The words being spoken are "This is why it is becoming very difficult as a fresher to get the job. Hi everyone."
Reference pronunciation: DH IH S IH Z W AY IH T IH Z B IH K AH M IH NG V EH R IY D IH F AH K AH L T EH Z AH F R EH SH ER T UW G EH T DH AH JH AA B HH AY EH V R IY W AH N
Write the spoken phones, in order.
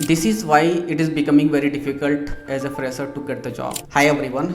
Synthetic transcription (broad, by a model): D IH S IH Z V AY IH T IH Z B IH K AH M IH NG V EH R IY D IH F AH K AH L T EH Z AH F R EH S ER T UW G EH T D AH JH AA B HH AY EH V R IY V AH N